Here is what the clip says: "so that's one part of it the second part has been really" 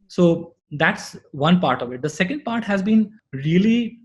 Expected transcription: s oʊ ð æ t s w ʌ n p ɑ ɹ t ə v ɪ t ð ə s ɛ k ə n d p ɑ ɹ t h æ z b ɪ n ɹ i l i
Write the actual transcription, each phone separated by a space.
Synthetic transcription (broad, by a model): s oʊ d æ t s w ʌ n p ɑ ɹ t ə v ɪ t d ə s ɛ k ə n d p ɑ ɹ t h æ z b ɪ n ɹ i l i